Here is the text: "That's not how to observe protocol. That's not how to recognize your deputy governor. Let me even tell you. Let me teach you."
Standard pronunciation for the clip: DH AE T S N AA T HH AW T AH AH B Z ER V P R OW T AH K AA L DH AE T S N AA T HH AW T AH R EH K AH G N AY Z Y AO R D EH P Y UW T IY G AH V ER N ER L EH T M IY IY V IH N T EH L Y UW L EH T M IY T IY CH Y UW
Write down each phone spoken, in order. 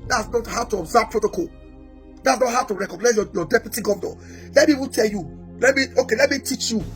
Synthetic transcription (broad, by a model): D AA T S N AA T HH AW T AH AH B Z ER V P R OW T AH K AA L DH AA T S N AA T HH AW T AH R EH K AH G N AY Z Y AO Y D EH P Y UW T IY G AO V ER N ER L EH T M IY IY P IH T EH L Y UW L EH T M IY T IY CH Y UW